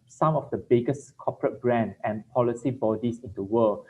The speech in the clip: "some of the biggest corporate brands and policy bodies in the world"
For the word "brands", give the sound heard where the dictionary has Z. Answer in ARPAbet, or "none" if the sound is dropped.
none